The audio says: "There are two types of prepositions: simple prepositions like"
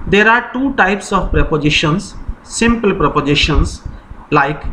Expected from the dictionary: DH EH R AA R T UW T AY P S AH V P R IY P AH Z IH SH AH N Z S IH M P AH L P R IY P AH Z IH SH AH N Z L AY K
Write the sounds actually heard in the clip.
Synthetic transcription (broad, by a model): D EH R AA R T UW T AY P S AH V P R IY P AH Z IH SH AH N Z S IH M P AH L P R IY P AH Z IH SH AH N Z L AY K